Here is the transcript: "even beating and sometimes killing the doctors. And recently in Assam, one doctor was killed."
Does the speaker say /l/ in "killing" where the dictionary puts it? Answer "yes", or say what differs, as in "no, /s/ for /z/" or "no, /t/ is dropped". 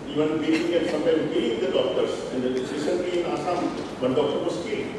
no, /l/ is dropped